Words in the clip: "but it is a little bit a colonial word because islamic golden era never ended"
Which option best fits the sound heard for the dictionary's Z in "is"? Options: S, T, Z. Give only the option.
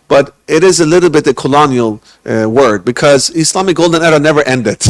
Z